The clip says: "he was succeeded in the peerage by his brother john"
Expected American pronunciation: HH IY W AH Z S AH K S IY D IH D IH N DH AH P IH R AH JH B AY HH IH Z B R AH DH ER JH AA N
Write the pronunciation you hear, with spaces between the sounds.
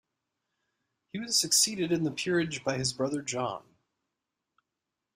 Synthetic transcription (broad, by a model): HH IY W AH Z S AH K S IY D IH D IH N DH AH P IH R AH JH B AY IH Z B R AH DH ER JH AA N